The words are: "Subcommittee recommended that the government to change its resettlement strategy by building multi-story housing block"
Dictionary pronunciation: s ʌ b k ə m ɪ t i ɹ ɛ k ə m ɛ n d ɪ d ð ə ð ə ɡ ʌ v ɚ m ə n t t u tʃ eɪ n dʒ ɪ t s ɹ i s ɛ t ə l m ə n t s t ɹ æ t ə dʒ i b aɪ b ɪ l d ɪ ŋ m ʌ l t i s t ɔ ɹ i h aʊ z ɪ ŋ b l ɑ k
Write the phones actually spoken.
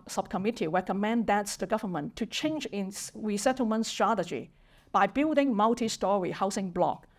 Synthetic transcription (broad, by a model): s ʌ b k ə m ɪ t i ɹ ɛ k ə m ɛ n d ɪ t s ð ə ɡ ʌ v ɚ m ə n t t u tʃ eɪ n dʒ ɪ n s ɹ i s ɛ t ə l m ə n t s t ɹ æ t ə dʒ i b aɪ b ɪ l d ɪ ŋ m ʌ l t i s t ɔ ɹ i h aʊ s ɪ ŋ b l ɑ k